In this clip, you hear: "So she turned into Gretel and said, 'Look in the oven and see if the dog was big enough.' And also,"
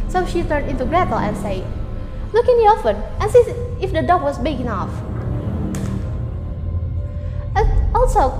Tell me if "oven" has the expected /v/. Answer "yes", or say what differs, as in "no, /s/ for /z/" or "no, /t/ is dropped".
no, /f/ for /v/